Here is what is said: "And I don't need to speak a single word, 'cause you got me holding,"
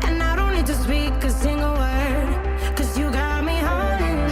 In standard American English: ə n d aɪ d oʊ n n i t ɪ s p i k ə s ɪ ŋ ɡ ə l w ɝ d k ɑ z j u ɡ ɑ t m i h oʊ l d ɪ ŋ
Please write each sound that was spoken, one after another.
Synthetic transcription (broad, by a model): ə n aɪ d oʊ n l i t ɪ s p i k ə s ɪ ŋ ɡ ə l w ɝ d k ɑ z j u ɡ ɑ t m i h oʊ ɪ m